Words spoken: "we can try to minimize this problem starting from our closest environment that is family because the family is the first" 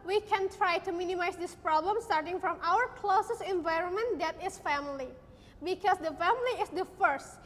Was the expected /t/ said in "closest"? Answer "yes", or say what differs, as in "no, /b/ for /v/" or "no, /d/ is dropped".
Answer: no, /t/ is dropped